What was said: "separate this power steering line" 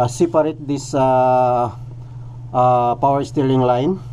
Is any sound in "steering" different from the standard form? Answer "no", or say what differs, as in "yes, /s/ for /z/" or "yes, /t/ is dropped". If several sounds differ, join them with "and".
yes, /l/ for /ɹ/